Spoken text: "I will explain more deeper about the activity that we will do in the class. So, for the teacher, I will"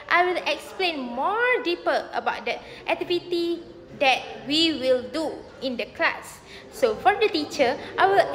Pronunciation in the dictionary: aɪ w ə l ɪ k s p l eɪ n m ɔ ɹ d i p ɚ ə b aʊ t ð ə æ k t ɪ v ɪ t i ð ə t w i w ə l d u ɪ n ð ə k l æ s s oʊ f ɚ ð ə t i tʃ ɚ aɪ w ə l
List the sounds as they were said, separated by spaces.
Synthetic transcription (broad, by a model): aɪ w ə l ɪ k s p l eɪ n m ɔ ɹ d i p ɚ ə b aʊ t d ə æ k t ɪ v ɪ t i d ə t w i w ə l d u ɪ n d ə k l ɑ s s oʊ f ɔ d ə t i tʃ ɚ aɪ w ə l